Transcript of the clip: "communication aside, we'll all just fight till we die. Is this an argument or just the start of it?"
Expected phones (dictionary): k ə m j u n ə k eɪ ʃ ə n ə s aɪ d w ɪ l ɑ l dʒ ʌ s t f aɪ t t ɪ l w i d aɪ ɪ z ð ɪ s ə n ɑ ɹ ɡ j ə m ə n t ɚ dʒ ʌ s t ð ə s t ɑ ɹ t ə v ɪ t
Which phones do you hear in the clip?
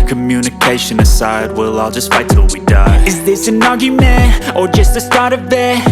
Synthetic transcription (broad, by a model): k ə m j u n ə k eɪ ʃ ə n ə s aɪ d w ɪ l ɑ l dʒ ʌ s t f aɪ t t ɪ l w i d aɪ ɪ z ð ɪ s ə n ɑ ɡ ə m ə t ɚ dʒ ʌ s t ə s t ɑ ɹ t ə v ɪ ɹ